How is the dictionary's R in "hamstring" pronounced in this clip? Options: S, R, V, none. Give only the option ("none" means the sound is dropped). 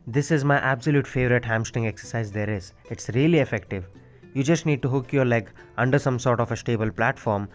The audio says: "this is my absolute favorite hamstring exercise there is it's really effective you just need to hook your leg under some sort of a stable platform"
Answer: none